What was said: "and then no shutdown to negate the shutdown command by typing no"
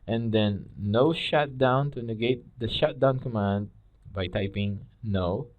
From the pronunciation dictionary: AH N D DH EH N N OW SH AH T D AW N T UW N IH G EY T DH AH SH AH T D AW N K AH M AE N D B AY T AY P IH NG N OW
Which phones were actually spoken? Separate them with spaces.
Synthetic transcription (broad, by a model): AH N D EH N N OW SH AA T D AW N T UW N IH G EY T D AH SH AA T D AW N K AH M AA N D B AY T AY P IH NG N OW